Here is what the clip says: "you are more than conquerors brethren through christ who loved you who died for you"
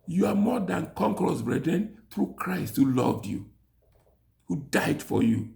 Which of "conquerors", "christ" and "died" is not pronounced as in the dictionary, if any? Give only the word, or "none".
conquerors